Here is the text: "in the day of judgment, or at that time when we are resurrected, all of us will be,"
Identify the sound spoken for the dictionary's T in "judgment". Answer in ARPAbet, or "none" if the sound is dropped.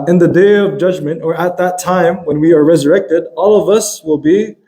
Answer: T